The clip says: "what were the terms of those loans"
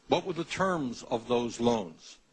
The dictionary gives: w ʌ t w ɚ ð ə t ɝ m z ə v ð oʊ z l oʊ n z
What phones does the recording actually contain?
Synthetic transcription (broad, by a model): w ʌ t w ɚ ð ə t ɝ m z ə v ð oʊ z l oʊ n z